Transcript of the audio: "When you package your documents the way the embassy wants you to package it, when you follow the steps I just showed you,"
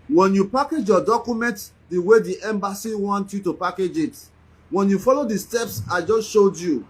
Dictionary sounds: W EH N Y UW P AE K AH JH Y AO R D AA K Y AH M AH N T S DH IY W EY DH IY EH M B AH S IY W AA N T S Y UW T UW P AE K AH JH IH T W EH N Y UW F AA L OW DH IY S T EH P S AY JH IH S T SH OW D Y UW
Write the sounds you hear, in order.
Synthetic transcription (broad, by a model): W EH N Y UW P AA K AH JH Y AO D AA K Y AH M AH N T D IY W EY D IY EH M B AH S IY W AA N T Y UW T UW P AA K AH JH IH T W EH N Y UW F AA L OW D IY S T EH P S AY JH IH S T SH OW D Y UW